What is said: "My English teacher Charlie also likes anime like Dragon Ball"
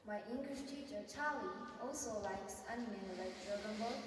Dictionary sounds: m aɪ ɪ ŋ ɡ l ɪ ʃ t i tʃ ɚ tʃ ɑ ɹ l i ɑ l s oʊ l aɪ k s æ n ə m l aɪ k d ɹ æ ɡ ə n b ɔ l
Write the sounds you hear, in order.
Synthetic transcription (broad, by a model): m aɪ ɪ ŋ ɡ l ɪ ʃ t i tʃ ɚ tʃ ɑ l i ɑ l s oʊ l aɪ k s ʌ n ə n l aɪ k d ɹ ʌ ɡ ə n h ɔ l